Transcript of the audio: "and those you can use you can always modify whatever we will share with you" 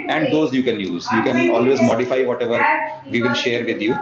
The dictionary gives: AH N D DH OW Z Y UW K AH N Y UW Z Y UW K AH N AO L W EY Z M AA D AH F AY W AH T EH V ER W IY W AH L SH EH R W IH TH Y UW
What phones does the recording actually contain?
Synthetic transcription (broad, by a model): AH N D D OW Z Y UW K AH N Y UW Z Y UW K AH N AO L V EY Z M AA D AH F AY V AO T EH V ER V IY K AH N SH EH R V IH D Y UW